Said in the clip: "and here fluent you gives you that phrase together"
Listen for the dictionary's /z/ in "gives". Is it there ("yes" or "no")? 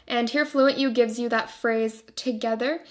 yes